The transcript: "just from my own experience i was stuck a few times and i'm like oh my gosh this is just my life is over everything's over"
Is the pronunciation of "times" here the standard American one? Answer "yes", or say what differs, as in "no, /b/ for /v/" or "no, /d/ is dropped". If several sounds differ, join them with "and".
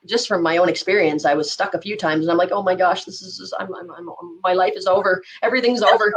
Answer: yes